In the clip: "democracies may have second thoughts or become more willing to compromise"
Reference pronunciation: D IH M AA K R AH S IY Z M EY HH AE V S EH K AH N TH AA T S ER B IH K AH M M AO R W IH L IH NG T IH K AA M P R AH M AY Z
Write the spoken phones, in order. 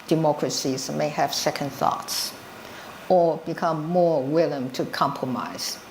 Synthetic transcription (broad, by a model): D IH M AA K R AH S IY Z M EY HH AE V S EH K AH N TH AA T S ER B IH K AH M M AO R W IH L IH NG T IH K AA M P R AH M AY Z